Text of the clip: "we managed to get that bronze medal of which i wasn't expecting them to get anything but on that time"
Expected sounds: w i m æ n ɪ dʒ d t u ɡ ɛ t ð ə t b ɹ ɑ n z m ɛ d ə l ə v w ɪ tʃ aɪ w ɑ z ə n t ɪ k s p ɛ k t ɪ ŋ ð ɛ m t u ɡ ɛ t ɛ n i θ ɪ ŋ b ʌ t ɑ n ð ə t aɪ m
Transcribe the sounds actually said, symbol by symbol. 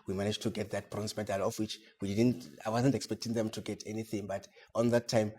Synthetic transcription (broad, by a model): w i m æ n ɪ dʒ t u ɡ ɛ t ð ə t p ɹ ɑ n s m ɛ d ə l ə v w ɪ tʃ aɪ w ɑ z ə n t ɪ k s p ɛ k t ɪ ŋ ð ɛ m t u ɡ ɛ t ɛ n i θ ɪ ŋ b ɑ t ɑ n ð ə t aɪ m